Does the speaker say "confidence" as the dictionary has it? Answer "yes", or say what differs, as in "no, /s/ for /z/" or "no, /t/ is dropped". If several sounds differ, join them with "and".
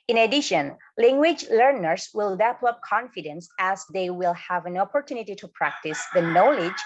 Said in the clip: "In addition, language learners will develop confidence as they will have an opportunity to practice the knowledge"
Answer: yes